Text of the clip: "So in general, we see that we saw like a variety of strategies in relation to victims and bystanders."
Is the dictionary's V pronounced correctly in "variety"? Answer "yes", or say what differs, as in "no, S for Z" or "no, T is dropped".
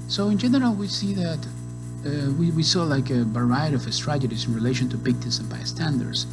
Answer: no, B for V